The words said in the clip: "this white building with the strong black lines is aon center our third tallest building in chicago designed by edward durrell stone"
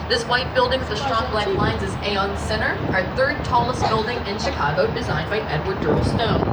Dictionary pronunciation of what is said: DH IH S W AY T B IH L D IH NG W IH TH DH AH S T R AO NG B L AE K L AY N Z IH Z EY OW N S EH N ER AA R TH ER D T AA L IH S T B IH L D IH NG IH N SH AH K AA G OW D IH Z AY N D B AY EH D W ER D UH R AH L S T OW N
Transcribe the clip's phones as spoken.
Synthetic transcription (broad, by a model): DH IH S W AY T B IH L D IH NG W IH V DH AH S T R AO NG B L AE K L AY N Z IH Z EY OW N S EH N ER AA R TH ER D T AA L IH S T B IH L D IH NG IH N SH AH K AA G OW D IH Z AY N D B AY EH D W ER D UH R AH L S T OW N